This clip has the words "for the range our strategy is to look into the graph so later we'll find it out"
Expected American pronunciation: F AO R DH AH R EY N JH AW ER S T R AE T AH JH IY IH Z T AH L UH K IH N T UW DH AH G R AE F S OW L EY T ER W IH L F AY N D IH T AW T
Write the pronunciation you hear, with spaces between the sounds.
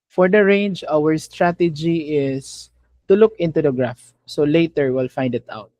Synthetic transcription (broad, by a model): F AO R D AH R EY N JH AW ER S T R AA T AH JH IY IH S T AH L UH K IH N T UW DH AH G R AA F S OW L EY T ER W IH L F AY N D IH T AW T